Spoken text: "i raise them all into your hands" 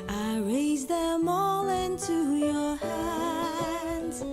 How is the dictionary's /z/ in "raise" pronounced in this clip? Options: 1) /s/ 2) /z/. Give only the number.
2